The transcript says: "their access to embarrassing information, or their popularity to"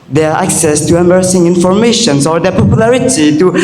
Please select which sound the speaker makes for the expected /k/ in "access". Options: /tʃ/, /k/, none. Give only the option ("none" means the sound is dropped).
/k/